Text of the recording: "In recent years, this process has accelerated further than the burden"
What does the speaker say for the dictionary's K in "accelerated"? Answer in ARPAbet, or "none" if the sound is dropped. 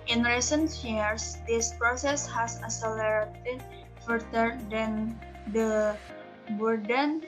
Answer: none